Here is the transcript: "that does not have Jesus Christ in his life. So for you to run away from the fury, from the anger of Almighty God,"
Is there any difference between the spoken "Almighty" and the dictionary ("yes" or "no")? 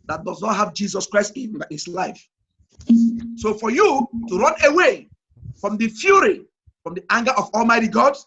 no